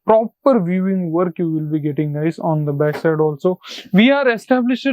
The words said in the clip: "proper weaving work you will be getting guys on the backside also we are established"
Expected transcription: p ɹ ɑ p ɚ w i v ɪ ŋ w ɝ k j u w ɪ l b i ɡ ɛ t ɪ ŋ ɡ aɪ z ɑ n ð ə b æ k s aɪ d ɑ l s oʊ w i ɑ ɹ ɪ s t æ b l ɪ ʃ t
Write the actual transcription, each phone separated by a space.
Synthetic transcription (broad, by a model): p ɹ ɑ p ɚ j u ɪ ŋ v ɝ k j u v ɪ l b i ɡ ɛ t ɪ ŋ ɡ aɪ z ɑ n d ə b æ k s aɪ d ɑ l s oʊ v i ɑ ɹ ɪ s t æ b l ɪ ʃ